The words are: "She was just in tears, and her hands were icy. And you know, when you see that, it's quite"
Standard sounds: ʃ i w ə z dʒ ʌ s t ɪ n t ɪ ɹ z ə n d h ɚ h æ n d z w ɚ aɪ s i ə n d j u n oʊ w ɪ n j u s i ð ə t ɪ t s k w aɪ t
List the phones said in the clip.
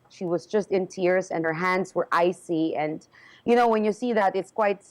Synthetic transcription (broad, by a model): ʃ i w ə z dʒ ʌ s t ɪ n t ɪ ɹ z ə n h ɚ h æ n d z w ɚ aɪ s i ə n j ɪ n oʊ w ɪ n j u s i ð ə t ɪ t s k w aɪ t